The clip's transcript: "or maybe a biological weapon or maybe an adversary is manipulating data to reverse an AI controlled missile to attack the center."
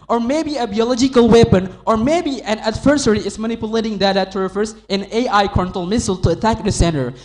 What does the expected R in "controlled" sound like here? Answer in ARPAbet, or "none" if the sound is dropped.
none